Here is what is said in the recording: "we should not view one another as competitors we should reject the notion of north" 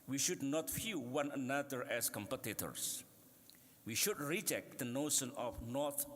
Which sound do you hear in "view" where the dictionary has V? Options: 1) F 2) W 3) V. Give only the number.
1